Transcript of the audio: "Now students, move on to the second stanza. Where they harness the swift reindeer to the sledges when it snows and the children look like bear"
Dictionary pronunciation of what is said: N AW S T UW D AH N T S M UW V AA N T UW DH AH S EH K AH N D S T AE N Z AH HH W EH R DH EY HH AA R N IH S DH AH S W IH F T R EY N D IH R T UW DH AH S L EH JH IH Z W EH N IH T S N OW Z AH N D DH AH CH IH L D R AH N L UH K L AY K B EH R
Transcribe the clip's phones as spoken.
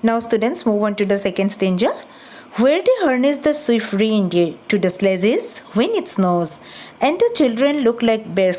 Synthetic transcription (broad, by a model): N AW S T UW D AH N T S M UW V AA N T UW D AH S EH K AH N D S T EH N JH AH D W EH R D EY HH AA R N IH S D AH S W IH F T R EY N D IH T UW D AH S L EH Z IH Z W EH N IH T S N OW Z AH N D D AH CH IH L D R AH N L UH K L AY K B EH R